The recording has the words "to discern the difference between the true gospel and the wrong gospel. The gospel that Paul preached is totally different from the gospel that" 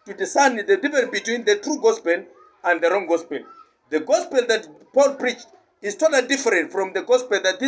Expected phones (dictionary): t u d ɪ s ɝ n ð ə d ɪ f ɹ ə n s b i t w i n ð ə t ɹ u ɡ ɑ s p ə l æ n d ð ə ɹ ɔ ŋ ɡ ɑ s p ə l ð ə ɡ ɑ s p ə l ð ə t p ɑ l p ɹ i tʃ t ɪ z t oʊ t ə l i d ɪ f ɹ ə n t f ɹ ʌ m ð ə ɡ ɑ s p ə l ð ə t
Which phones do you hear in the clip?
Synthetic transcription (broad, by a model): t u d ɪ s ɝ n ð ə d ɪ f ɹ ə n b i t w i n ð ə t ɹ u ɡ ɑ s p ə l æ n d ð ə ɹ ɔ ŋ ɡ ɑ s p ə l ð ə ɡ ɑ s p ə l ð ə t p ɑ l p ɹ i tʃ t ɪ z t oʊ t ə l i d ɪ f ɹ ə n t f ɹ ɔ m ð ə ɡ ɑ s p ə l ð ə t